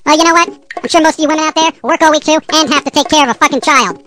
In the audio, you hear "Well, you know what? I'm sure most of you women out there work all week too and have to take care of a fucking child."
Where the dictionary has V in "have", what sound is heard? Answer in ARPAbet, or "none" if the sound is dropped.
F